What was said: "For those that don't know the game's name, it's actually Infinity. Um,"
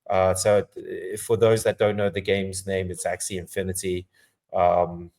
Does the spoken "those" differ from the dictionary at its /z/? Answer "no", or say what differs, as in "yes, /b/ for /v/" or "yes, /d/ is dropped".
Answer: no